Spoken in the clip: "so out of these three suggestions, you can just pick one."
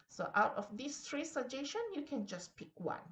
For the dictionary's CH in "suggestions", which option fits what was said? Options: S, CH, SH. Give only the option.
SH